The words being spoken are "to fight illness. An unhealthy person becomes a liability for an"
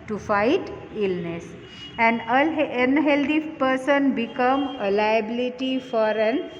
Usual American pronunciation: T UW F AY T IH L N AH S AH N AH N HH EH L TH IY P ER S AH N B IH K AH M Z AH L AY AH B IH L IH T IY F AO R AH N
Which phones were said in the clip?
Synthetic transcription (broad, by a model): T UW F AY T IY L N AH S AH N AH N HH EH L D IY P ER S AH N B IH K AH M AH L AY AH B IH L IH T IY F AO R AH N